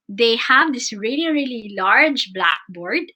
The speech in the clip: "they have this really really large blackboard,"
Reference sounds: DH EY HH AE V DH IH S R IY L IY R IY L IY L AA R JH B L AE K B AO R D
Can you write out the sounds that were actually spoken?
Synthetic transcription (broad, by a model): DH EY HH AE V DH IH S R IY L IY R IY L IY L AA R JH B L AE K B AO R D